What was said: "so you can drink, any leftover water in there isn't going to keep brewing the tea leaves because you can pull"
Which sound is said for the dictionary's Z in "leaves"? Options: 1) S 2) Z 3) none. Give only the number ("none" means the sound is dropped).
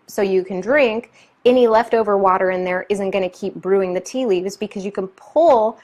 2